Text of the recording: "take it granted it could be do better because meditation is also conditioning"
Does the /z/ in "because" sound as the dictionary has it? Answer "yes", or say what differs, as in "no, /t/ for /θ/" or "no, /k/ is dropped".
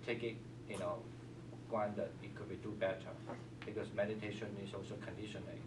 no, /s/ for /z/